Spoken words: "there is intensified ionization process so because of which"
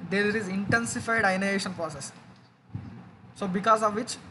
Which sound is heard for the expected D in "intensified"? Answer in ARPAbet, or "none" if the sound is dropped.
D